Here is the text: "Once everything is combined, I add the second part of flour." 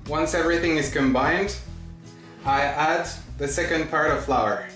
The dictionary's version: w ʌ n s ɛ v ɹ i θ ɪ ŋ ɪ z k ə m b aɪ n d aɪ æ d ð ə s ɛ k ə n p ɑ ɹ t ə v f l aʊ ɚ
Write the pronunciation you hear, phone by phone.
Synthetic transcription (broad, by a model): w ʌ n s ɛ v ɹ i θ ɪ ŋ ɪ z k ə m b aɪ n d aɪ æ d ð ə s ɛ k ə n p ɑ ɹ t ə v f l aʊ ɚ